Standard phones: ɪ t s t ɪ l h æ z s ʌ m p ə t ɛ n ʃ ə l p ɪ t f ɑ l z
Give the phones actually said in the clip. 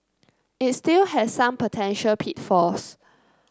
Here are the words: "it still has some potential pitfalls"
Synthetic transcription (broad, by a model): ɪ t s t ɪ l h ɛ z s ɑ m p ə t ɛ n ʃ ə l p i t f ɑ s